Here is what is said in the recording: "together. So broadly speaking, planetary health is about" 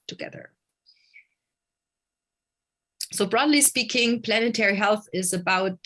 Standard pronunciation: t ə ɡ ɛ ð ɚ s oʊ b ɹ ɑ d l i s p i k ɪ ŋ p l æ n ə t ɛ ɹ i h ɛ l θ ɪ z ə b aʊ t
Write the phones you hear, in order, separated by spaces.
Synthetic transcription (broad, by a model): t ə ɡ ɛ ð ɚ s oʊ b ɹ ɑ d l i s p i k ɪ ŋ p l æ n ə t ɛ ɹ i h ɛ l θ ɪ z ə b aʊ t